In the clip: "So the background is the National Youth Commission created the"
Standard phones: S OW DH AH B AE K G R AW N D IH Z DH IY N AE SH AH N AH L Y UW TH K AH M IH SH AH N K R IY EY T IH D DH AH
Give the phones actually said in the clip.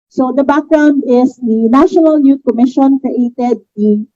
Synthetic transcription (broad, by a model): S OW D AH B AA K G R AW N D IH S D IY N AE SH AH N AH L Y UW T K AH M IH SH AH N K R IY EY T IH D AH